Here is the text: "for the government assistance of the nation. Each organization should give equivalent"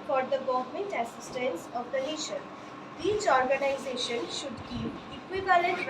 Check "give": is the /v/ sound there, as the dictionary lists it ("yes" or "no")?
no